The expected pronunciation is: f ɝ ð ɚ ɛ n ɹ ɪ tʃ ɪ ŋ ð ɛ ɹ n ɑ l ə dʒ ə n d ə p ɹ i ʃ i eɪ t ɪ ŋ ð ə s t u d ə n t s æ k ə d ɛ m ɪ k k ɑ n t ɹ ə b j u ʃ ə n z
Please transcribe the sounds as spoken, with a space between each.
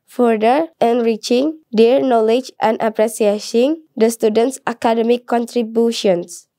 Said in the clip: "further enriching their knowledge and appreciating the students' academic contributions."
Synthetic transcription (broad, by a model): f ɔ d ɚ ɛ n ɹ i tʃ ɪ ŋ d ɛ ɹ n ɑ l ə dʒ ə n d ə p ɹ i s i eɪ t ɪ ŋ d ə s t u d ə n t s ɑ k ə d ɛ m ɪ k k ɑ n t ɹ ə b j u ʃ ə n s